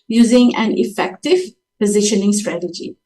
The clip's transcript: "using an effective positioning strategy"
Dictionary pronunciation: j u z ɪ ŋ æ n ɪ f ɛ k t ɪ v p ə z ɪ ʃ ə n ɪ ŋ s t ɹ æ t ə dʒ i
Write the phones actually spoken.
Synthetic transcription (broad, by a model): j u z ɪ ŋ æ n ɪ f ɛ k t ɪ v p ə z ɪ ʃ ə n ɪ ŋ s t ɹ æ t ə dʒ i